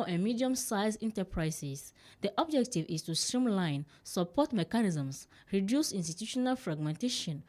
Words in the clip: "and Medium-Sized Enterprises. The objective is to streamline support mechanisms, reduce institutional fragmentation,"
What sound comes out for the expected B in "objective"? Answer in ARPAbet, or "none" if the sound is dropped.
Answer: B